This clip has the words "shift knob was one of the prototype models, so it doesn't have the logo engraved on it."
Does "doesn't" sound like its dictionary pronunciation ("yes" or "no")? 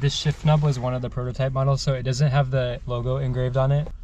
yes